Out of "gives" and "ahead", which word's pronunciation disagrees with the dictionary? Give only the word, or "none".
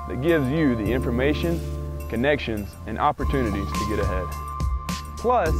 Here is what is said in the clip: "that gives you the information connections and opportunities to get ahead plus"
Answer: none